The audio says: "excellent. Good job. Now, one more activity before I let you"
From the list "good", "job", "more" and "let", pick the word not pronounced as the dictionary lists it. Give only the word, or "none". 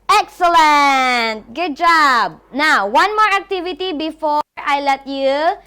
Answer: none